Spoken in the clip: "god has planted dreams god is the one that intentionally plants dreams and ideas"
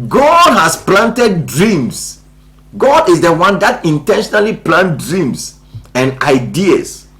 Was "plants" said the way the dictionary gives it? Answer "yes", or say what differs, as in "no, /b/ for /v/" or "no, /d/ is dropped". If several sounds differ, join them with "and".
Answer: no, /s/ is dropped